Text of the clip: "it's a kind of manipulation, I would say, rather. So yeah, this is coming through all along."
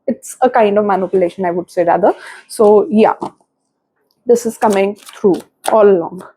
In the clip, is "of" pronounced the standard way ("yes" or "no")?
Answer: yes